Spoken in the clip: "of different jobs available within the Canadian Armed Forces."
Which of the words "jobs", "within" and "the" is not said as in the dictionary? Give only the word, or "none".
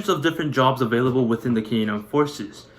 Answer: none